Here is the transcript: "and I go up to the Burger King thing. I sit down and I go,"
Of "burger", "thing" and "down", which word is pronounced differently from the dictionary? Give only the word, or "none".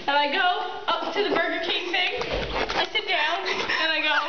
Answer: none